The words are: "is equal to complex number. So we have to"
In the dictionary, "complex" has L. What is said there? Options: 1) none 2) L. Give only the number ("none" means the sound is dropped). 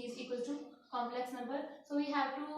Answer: 2